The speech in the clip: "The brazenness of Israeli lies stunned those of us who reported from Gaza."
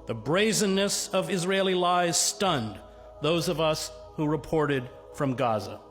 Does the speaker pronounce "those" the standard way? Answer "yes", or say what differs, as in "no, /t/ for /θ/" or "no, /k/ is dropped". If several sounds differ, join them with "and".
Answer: yes